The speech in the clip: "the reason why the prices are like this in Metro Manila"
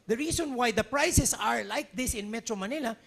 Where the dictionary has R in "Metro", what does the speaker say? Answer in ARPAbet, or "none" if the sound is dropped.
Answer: R